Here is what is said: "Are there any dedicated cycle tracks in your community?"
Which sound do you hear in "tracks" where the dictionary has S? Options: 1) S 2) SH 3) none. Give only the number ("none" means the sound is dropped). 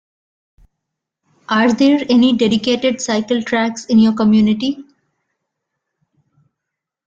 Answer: 1